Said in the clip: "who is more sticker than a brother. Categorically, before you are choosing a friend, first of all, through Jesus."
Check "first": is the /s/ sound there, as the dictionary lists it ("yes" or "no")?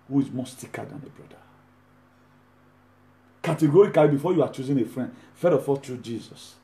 no